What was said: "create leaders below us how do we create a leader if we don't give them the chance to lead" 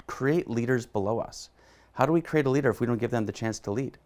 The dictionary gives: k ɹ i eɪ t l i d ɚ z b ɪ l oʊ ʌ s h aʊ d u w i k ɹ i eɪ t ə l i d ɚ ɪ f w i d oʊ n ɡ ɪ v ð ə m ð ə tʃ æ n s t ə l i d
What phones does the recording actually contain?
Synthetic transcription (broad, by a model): k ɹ i eɪ t l i d ɚ z b ɪ l oʊ ʌ s h aʊ d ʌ w i k ɹ i eɪ t ə l i d ɚ ɪ f w i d oʊ n ɡ ɪ v ð ə m ð ə tʃ æ n s t ə l i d